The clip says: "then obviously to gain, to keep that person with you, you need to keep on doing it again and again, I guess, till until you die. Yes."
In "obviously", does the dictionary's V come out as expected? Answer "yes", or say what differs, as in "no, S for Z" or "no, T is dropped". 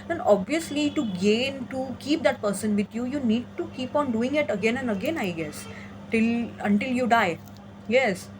yes